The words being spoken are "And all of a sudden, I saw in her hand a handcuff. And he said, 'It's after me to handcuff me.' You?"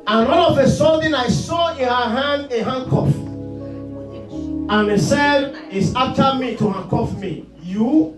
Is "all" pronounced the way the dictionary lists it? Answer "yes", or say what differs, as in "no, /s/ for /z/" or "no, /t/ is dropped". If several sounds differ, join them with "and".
no, /n/ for /l/